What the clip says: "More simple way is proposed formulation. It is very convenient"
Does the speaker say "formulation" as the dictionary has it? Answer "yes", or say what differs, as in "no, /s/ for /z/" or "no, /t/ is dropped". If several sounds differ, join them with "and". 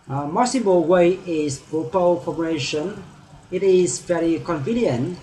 no, /l/ is dropped